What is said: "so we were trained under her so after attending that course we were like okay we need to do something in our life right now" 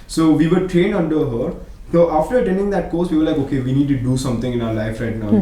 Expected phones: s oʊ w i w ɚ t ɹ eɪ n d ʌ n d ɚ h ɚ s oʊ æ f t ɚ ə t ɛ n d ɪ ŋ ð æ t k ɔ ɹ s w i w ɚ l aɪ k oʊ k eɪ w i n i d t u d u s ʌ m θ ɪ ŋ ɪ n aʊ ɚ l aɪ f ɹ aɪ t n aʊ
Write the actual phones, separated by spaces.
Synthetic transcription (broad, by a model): s oʊ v i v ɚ t ɹ eɪ n ʌ n d ɚ h ɚ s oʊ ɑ f t ɚ ə t ɛ n d ɪ ŋ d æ t k ɔ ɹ s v i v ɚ l aɪ k oʊ k eɪ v i n i d t u d u s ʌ m t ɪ ŋ ɪ n aʊ ɚ l aɪ f ɹ aɪ t n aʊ